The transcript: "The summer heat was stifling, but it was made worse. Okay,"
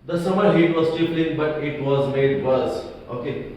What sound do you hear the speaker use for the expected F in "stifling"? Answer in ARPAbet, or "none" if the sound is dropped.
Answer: P